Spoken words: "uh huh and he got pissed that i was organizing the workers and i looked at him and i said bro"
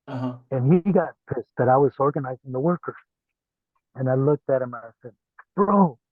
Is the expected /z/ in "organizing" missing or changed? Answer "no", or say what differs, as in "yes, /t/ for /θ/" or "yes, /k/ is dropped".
no